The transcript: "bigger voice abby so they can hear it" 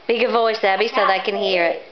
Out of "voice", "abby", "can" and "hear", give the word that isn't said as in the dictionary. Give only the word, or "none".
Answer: none